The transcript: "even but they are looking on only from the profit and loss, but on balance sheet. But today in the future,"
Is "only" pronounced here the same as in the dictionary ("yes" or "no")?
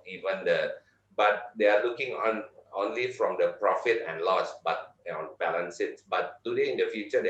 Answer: yes